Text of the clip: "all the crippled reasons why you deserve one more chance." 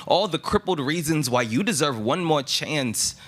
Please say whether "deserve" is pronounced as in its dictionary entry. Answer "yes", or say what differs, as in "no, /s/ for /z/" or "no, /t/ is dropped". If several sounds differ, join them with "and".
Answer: yes